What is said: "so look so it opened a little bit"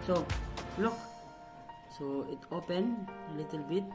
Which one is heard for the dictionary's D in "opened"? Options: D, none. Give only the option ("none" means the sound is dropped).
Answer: none